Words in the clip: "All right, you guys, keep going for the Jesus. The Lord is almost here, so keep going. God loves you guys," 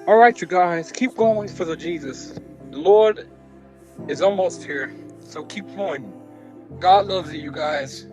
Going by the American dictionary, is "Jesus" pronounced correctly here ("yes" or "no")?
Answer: yes